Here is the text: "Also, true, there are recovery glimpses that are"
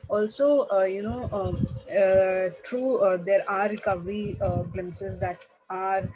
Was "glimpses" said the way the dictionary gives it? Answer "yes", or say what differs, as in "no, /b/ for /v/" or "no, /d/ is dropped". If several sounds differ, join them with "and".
no, /p/ is dropped